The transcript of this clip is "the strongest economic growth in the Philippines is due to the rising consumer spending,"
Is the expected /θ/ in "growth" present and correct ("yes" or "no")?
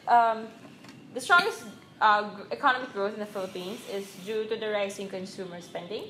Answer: no